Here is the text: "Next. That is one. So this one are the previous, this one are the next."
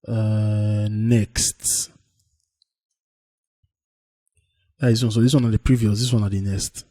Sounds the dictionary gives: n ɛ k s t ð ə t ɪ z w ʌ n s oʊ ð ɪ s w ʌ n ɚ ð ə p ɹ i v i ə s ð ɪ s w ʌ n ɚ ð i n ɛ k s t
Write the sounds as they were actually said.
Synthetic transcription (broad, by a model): n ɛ k s t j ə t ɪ s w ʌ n s oʊ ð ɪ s w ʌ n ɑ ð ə p ɹ i v i ə s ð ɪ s w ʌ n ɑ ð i n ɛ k s t